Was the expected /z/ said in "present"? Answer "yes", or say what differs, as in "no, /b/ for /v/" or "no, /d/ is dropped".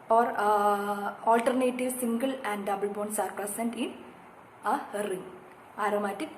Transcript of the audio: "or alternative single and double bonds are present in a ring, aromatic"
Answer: no, /s/ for /z/